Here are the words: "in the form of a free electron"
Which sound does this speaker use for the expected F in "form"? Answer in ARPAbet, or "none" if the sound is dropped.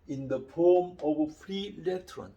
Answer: P